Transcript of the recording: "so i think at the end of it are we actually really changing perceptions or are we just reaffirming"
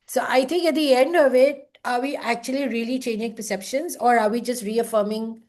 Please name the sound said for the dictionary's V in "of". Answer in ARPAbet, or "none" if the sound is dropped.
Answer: V